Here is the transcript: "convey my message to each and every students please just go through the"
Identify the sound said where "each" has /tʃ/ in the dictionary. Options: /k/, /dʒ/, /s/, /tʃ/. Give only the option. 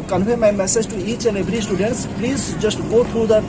/s/